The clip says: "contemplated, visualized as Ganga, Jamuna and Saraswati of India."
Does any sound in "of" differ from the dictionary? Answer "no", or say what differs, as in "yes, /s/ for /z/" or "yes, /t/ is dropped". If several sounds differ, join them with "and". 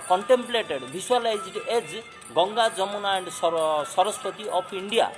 yes, /p/ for /v/